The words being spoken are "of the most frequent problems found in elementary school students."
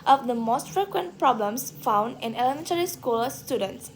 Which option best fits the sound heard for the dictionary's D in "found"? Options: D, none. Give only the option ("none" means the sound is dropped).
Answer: D